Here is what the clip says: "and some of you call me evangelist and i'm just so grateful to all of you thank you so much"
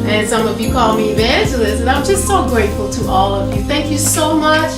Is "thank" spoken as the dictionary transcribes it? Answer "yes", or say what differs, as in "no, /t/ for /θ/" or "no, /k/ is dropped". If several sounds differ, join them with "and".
yes